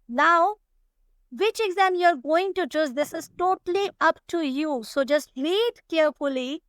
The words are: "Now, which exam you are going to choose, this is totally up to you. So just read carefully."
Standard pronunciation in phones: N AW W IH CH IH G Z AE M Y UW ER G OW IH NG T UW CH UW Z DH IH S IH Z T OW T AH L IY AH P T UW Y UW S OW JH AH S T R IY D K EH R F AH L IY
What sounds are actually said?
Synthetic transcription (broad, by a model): N AW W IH CH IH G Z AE M Y UW ER G OW IH NG T UW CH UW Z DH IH S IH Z T OW T AH L IY AH P T UW Y UW S OW JH AH S T L IY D K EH R F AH L IY